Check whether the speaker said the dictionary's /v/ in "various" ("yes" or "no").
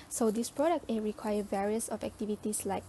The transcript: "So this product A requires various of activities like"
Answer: yes